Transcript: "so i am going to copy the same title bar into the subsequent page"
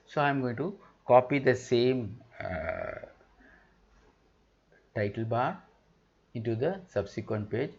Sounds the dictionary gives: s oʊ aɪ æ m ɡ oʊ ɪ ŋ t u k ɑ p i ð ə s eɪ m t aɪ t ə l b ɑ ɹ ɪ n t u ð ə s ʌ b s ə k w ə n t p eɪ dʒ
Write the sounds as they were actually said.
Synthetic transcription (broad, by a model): s oʊ aɪ m ɡ oʊ ɪ ŋ t u k ɑ p i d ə s eɪ m t aɪ t ə l b ɑ ɹ ɪ n t u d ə s ʌ b s ə k w ə n t p eɪ dʒ